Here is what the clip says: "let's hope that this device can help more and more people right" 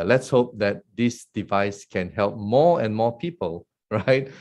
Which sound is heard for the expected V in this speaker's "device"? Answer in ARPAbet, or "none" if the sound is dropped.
V